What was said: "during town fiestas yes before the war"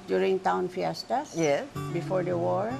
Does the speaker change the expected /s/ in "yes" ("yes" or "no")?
yes